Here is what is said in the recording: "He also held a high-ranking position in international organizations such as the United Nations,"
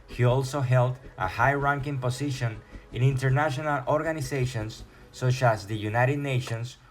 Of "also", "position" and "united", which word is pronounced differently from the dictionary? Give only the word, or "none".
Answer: position